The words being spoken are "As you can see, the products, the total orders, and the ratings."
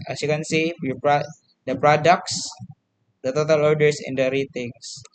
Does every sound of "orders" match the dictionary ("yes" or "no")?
no